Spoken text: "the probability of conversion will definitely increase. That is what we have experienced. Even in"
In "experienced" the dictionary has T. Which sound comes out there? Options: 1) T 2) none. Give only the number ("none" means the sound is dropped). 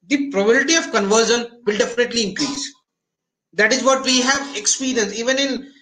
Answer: 2